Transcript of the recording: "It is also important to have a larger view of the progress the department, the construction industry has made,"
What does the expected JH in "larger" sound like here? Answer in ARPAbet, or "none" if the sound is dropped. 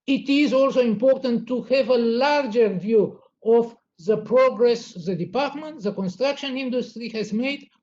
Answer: JH